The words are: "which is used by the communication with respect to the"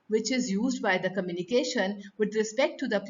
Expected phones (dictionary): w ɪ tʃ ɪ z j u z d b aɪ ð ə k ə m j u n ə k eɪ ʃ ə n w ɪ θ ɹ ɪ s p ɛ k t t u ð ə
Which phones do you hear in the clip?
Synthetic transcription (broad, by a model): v ɪ tʃ ɪ z j u z d b aɪ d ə k ə m j u n ə k eɪ ʃ ə n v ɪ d ɹ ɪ s p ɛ k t t u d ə